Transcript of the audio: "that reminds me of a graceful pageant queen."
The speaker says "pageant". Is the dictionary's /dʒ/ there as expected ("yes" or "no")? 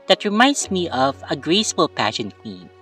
no